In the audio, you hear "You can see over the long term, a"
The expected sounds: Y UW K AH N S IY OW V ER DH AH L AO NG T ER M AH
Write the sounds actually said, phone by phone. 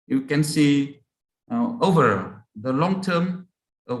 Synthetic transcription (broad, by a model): Y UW K AH N S IY OW V ER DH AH L AO NG T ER M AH